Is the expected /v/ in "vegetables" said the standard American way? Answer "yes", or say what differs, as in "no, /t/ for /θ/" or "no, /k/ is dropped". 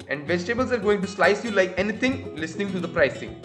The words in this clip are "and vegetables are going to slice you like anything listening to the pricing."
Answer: yes